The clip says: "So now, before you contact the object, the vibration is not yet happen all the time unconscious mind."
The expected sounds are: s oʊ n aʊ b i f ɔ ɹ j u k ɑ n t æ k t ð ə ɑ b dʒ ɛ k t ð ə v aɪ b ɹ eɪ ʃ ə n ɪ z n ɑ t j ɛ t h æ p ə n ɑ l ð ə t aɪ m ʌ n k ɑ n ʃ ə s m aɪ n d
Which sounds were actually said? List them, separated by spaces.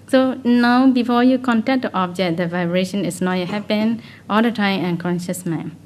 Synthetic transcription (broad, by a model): s oʊ n aʊ b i f ɔ j u k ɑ n t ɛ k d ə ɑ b dʒ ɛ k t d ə v aɪ b ɹ eɪ ʃ ə n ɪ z n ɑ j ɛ h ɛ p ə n ɑ l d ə t aɪ m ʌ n k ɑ n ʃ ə s m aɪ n